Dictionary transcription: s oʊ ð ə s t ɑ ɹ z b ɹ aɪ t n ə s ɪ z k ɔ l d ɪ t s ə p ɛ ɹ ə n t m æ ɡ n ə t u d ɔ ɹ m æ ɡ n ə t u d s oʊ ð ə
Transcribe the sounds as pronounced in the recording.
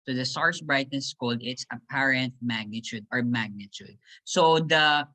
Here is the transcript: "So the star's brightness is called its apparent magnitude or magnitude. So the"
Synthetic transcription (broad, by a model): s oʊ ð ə s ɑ ɹ s b ɹ aɪ t ə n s k ɔ l d ɪ t s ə p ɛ ɹ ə n t m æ ɡ n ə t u d ɔ ɹ m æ ɡ n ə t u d s oʊ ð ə